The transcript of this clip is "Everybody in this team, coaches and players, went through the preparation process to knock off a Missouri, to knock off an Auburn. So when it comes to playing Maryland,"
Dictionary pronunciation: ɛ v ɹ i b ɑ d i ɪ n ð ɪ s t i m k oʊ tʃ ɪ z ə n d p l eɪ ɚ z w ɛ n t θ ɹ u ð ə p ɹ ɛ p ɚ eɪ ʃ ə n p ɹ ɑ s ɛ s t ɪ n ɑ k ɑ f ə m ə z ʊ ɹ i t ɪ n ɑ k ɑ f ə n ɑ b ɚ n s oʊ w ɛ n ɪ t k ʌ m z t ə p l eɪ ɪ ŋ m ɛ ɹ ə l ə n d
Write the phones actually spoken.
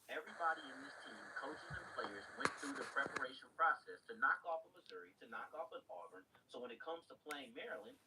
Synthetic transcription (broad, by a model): ɛ v ɹ i b ɑ d i ɪ n ð ɪ s t i m k oʊ tʃ ɪ z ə n p l eɪ ɚ z w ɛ n θ ɹ u ð ə p ɹ ɛ p ɚ eɪ ʃ ə n p ɹ ɑ s ɛ s t ɪ n ɑ k ɑ f ə m ə z ʊ ɹ i t ɪ n ɑ k ɑ f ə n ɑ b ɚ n s oʊ w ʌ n ɪ t k ʌ m z t ə p l eɪ ɪ ŋ m ɛ ɹ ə l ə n